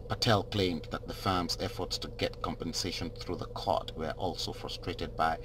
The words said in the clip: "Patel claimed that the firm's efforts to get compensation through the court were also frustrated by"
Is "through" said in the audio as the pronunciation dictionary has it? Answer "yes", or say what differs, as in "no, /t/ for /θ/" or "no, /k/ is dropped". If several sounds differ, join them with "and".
yes